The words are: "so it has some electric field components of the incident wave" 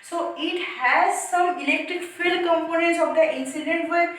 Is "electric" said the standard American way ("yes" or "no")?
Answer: yes